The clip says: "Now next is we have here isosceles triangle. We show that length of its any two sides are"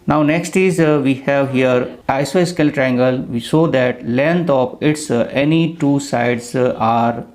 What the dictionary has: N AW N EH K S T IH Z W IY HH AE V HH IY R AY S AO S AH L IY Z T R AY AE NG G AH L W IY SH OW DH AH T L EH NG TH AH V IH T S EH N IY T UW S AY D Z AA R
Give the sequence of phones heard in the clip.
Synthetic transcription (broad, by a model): N AW N EH K S T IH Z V IY HH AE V HH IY R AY S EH S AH L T R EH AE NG G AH L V IY S OW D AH T L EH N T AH P IH T S EH N IY T UW S AY D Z AA R